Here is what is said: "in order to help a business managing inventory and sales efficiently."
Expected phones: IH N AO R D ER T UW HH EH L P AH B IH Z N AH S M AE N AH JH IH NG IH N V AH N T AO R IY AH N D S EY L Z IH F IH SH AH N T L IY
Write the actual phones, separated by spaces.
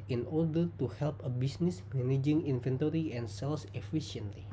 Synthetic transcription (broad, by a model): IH N AO R D ER T UW HH EH L P AH B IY S N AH S M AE N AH JH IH NG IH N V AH N T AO R IY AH N S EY L S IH F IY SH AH N T L IY